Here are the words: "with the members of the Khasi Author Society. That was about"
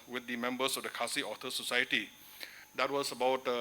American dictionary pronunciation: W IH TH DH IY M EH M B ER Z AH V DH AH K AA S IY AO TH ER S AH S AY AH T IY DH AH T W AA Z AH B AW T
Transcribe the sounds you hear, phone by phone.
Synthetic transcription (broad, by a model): W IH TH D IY M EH M B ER S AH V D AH K AA S IY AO T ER S AH S AY AH T IY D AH T W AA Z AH B AW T